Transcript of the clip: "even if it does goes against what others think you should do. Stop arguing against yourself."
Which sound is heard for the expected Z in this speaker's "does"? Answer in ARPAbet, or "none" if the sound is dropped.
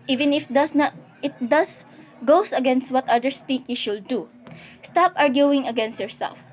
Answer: S